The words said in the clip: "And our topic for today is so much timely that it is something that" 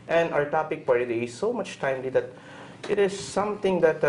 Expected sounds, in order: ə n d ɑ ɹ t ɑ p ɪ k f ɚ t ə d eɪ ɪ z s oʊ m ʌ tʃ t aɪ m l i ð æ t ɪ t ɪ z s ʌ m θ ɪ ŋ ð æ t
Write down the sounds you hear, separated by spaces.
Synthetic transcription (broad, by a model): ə n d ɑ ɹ t ɑ p ɪ k p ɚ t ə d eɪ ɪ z s oʊ m ʌ tʃ t aɪ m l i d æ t ɪ t ɪ z s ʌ m t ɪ ŋ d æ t